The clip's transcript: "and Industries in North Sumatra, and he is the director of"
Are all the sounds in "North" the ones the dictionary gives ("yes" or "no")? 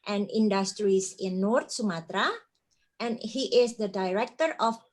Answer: no